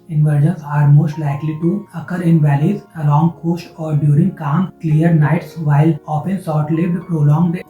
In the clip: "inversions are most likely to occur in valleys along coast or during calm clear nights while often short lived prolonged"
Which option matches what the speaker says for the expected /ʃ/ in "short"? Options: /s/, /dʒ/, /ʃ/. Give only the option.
/s/